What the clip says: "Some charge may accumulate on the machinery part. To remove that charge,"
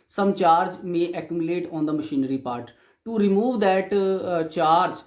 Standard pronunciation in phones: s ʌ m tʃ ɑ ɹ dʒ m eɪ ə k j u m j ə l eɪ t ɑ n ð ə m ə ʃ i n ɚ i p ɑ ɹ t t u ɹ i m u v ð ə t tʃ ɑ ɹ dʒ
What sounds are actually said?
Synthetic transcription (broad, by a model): s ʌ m tʃ ɑ ɹ dʒ m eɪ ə k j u m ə l eɪ t ɑ n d ə m ə ʃ i n ɚ i p ɑ ɹ t t u ɹ i m u v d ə t tʃ ɑ ɹ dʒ